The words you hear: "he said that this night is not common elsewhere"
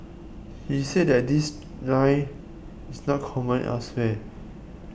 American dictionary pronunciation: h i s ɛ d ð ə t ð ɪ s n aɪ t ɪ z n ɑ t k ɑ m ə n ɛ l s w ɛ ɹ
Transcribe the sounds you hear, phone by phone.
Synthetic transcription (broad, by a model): h i s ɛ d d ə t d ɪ s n aɪ ɪ s n ɑ t k ɑ m ə n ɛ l s w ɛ